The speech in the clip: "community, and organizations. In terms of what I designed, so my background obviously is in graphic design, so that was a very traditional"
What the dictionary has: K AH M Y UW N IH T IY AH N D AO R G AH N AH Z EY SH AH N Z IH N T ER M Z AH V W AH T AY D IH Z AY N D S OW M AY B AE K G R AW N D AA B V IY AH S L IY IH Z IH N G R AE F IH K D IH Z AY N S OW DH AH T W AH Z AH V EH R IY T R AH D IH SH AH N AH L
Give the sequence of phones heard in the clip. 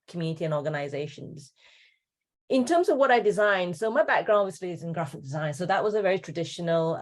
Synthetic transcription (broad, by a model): K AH M Y UW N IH T IY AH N AO R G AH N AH Z EY SH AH N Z IH N T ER M Z AH V W AH T AY D IH Z AY N D S OW M AY B AE K G R AW N D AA V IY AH S L IY IH Z IH N G R AE F IH K D IH Z AY N S OW DH AH T W AH Z AH V EH R IY T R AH D IH SH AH N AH L